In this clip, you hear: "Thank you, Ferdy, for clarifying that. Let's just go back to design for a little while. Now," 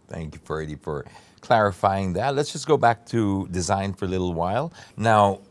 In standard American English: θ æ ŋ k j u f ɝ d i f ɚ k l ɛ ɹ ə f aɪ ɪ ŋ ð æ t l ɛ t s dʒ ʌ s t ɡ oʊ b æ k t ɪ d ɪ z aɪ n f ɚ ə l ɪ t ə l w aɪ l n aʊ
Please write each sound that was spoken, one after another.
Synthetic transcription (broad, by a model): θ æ ŋ k j u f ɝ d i f ɚ k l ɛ ɹ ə f aɪ ɪ ŋ ð æ t l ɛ t s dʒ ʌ s ɡ oʊ b æ k t ɪ d ɪ z aɪ n f ɚ ə l ɪ t l w aɪ l n aʊ